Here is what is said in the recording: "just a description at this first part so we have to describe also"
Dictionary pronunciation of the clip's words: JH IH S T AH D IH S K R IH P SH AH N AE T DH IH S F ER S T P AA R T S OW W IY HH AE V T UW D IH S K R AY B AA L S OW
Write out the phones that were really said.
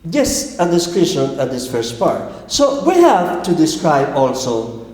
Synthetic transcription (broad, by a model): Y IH S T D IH S K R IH SH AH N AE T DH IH S F ER S T P AA R T S OW W IY HH AE V T UW D IH S K R AY B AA L S OW